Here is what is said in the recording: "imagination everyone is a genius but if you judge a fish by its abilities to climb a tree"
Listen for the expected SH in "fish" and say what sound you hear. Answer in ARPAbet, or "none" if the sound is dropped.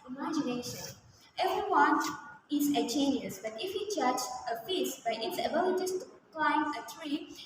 S